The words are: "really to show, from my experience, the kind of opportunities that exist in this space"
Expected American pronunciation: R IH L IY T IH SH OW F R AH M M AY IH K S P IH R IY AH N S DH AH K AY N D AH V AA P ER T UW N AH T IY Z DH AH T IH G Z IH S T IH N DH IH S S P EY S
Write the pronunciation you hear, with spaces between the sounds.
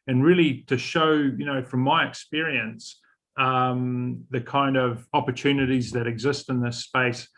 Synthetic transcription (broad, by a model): R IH L IY T IH SH OW F R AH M M AY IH K S P IH R IY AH N S DH AH K AY N D AH V AA P ER T UW N AH T IY Z DH AH T IH G Z IH S T IH N DH IH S S P EY S